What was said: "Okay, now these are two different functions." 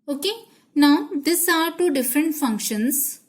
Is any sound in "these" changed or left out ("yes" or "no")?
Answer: yes